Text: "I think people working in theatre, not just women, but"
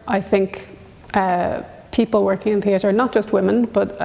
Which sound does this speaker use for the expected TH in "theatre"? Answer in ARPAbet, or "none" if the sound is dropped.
TH